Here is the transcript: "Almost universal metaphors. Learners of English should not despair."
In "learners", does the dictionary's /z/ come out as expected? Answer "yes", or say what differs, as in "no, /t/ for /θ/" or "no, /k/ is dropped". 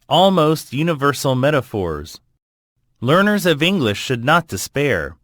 yes